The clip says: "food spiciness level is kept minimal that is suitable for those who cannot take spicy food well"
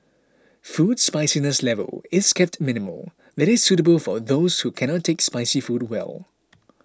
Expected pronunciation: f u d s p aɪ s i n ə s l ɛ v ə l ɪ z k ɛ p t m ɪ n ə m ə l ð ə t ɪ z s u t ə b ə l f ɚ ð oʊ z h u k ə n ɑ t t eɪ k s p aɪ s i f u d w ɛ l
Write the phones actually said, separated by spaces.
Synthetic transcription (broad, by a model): f u d s p aɪ s i n ə s l ɛ v ə l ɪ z k ɛ p t m ɪ n ə m ə l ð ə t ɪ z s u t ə b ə l f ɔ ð oʊ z h u k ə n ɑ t t eɪ k s p aɪ s i f u d w ɛ l